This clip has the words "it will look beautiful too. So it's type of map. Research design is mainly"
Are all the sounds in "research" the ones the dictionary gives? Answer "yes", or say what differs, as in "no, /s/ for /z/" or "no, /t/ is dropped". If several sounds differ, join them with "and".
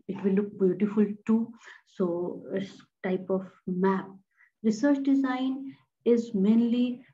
yes